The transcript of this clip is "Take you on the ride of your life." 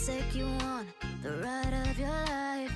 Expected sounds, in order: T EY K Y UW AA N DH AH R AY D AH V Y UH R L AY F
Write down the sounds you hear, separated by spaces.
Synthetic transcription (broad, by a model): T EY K Y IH AA N DH AH R AY D AH V Y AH R L AY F